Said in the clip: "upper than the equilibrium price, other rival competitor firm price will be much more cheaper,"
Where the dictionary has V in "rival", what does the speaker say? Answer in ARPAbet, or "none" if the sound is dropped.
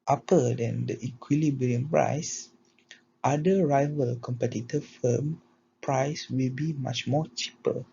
V